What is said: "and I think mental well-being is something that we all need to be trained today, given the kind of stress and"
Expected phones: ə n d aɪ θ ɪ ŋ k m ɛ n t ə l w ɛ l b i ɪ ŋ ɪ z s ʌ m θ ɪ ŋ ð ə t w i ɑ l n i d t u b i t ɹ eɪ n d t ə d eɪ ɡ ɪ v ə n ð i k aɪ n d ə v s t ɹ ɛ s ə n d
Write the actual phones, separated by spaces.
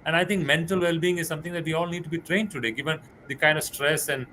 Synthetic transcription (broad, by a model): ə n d aɪ t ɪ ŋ k m ɛ n t ə l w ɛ l b i ɪ ŋ ɪ z s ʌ m t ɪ ŋ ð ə t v i ɑ l n i d t u b i t ɹ eɪ n d t ə d eɪ ɡ ɪ v ə n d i k aɪ n d ə v s t ɹ ɛ s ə n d